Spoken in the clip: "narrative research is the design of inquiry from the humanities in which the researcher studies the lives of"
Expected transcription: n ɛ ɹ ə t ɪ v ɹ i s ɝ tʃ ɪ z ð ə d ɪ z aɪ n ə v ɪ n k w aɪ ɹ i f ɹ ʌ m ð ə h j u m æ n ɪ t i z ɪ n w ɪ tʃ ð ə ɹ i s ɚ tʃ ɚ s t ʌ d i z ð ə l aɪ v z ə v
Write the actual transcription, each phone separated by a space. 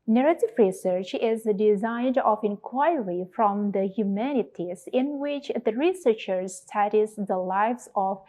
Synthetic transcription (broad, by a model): n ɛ ɹ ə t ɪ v ɹ i s ɝ tʃ ɪ z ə d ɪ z aɪ n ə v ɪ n k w aɪ ɹ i f ɹ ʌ m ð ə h j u m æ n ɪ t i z ɪ n w ɪ tʃ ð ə ɹ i s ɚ tʃ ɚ s t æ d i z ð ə l aɪ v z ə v